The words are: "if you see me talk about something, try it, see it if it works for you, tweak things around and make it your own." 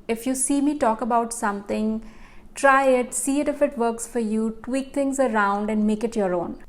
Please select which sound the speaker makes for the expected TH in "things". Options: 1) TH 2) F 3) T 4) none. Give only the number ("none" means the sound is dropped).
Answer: 3